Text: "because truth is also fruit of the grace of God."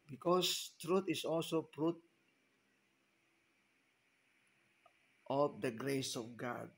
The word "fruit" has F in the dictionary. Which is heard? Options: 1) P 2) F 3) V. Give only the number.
1